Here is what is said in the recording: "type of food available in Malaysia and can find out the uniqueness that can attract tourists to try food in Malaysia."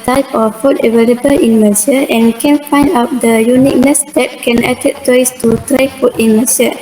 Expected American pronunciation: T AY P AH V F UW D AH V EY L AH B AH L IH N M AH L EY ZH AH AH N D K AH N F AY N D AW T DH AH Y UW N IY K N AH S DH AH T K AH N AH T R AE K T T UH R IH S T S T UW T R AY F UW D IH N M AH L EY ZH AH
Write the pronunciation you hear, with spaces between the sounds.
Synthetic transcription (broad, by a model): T AY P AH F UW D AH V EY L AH B AH L IH N M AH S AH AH N K AH N F AY N D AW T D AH Y UW N IY K N AH S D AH T K AH N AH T EH T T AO IH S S T UW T R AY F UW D IH N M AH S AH